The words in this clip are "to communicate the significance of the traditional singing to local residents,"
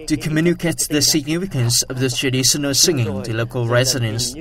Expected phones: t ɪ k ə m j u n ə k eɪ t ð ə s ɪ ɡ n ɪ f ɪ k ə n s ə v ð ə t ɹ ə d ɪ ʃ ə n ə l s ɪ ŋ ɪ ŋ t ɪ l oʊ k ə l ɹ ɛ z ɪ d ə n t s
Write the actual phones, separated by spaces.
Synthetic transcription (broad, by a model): t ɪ k ə m j u n ə k eɪ t ð ə s ɪ ɡ n ɪ f ɪ k ə n s ə v ð ə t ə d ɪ s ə n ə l s ɪ ŋ ɪ ŋ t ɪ l oʊ k ə l ɹ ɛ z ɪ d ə n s